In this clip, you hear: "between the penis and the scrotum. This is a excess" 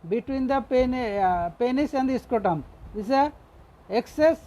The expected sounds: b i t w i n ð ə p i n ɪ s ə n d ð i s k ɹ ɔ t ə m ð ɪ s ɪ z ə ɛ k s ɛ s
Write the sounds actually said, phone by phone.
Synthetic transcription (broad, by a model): b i t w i n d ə p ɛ n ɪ s ə n d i s k ɔ t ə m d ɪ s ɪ ə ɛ k s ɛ s